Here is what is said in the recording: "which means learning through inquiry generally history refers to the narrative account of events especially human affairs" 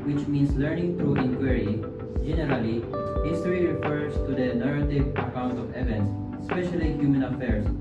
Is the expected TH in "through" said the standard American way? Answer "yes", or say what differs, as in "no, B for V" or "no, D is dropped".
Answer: no, T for TH